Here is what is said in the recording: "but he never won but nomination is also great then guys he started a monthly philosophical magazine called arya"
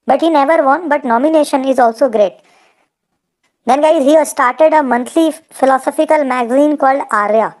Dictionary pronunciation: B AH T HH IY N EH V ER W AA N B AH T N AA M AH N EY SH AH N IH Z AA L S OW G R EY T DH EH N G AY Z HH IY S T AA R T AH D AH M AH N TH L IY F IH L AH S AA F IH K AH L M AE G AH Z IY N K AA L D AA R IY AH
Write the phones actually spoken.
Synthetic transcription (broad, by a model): B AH T HH IY N EH V ER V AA N B AH T N AA M AH N EY SH AH N IH Z AA L S OW G R EY T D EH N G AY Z HH IY S T AA R T AH D AH M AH N T L IY F IH L AH S AA F IH K AH L M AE G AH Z IY N K AA L D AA R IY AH